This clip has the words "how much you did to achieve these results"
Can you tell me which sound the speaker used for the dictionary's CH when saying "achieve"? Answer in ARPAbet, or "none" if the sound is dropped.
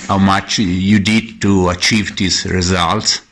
CH